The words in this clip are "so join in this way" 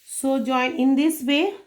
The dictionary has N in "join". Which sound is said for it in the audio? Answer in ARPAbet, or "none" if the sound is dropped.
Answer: none